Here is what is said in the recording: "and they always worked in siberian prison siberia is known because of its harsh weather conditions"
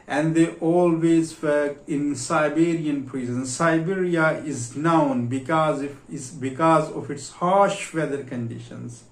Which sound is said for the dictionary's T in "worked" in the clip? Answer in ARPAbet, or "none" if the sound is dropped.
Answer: none